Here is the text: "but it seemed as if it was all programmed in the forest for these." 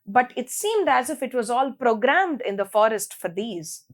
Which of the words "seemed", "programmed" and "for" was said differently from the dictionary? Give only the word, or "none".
none